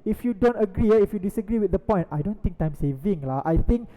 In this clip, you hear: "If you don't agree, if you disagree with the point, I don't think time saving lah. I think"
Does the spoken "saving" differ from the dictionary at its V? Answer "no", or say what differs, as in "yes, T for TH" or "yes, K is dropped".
no